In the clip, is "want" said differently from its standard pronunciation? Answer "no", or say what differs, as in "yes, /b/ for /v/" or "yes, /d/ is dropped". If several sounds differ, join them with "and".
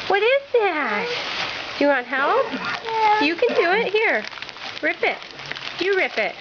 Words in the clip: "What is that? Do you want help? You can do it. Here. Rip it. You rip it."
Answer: yes, /n/ is dropped